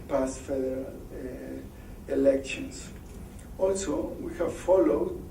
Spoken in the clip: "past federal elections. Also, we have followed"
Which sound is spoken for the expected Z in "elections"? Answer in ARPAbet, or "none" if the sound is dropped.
S